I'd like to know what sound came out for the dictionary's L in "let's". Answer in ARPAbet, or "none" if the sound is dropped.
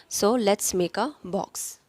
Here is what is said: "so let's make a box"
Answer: L